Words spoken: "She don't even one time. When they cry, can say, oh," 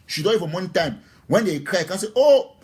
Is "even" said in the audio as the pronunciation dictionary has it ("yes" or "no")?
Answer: no